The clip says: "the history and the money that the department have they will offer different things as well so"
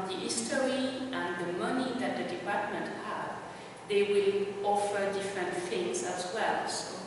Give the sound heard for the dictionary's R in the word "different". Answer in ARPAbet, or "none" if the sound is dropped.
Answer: R